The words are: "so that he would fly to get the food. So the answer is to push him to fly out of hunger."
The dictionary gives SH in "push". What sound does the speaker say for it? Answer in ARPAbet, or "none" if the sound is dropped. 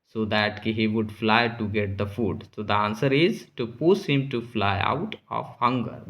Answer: S